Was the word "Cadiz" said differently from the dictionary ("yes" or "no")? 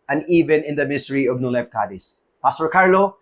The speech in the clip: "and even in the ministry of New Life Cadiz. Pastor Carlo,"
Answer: yes